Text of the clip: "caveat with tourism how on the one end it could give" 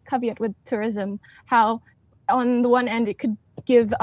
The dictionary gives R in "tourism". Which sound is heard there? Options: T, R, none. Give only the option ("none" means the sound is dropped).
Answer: R